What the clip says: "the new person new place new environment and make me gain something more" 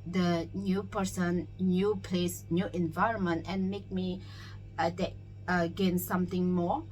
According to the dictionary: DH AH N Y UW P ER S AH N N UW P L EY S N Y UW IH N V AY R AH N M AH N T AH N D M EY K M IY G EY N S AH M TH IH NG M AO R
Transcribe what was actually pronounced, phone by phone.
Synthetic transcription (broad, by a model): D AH N Y UW P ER S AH N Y UW P L EY S N Y UW IH N V AY R AH N M AH N T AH N M EY K M IY G EY N S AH M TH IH NG M AO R